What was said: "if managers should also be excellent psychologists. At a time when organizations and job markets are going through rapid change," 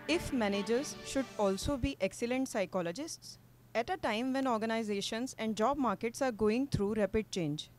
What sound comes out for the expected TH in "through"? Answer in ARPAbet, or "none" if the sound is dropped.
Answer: T